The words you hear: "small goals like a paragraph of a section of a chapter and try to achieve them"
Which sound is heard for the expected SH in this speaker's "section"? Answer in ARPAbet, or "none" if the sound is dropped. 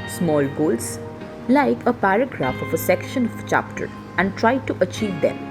SH